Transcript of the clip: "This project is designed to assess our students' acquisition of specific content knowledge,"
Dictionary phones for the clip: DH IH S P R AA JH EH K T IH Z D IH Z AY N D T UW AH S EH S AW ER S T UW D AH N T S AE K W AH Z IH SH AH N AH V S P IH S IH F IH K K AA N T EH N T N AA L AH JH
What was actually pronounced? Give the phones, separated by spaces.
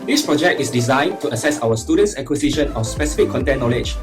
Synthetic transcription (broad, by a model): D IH S P R AA JH EH K T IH S D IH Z AY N T UW AH S EH S AW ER S T UW D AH N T S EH K W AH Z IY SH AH N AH F S P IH S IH F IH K K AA N T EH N N AA L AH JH